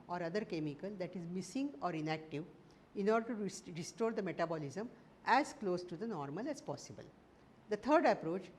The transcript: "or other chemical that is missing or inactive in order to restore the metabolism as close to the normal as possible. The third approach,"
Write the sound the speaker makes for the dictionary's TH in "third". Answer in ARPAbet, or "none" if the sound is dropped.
T